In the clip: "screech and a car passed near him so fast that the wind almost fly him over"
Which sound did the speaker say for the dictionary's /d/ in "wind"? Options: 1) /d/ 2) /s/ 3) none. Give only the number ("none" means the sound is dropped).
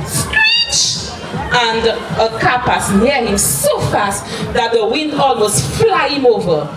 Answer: 1